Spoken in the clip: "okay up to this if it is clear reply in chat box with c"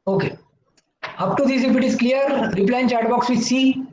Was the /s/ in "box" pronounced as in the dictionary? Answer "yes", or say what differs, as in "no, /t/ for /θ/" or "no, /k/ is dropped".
yes